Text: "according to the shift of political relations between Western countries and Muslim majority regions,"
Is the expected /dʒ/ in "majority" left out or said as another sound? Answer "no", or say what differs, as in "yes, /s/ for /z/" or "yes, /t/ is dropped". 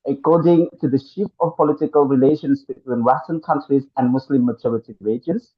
yes, /tʃ/ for /dʒ/